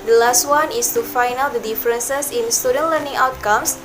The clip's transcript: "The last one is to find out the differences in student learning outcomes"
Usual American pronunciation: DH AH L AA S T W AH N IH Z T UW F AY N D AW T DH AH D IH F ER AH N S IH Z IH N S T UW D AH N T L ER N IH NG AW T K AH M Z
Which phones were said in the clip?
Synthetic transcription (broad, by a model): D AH L AA S T W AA N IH S T UW F AY N AW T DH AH D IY F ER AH N S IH S IH N S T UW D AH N L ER N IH NG AW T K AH M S